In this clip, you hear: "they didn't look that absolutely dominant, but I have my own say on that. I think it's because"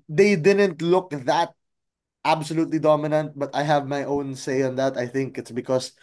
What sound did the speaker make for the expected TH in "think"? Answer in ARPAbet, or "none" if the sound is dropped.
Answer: TH